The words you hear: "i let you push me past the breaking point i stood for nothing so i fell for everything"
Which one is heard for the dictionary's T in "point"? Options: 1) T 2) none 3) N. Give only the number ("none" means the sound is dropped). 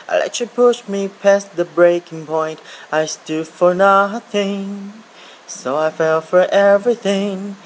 1